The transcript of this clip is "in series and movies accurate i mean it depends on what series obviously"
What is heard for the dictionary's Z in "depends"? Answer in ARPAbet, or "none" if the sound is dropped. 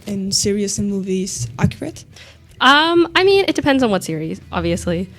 Z